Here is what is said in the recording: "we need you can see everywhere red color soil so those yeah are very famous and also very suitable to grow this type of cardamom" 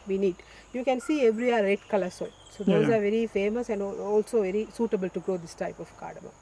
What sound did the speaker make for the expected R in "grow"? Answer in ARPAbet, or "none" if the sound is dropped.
R